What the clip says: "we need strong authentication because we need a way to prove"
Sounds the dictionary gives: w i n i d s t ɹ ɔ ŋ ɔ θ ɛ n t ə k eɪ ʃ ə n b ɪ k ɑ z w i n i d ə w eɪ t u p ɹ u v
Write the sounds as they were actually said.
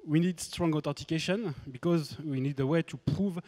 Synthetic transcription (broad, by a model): w i n i d s t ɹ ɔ ŋ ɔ t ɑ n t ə k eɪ ʃ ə n b ɪ k ɑ z w i n i d ə w eɪ t u p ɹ u v